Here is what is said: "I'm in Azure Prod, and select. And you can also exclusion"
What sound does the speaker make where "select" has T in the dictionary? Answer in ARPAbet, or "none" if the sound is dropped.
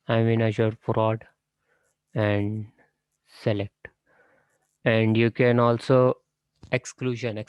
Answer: T